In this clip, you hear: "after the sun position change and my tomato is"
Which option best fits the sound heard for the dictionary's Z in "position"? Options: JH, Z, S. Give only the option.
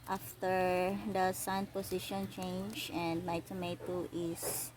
S